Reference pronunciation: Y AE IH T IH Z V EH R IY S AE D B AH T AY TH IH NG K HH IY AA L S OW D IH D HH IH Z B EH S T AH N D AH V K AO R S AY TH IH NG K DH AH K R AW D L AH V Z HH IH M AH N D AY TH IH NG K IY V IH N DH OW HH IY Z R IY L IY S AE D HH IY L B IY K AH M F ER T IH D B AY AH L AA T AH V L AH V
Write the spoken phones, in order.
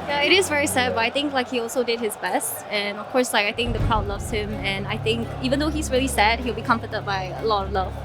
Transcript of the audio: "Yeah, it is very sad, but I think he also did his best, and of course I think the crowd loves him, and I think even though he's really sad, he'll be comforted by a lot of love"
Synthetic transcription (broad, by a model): Y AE IH T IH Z V EH R IY S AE D B AH T AY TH IH NG K HH IY AA L S OW D IH D HH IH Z B EH S T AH N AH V K AO R S AY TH IH NG K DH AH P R AW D L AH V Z HH IH M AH N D AY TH IH NG K IY V IH N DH OW HH IY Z R IY L IY S AE D HH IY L B IY K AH M F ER T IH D B AY AH L AA T AH V L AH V